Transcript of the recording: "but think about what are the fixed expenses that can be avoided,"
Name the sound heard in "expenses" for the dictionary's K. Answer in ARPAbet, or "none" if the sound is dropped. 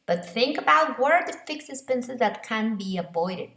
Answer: none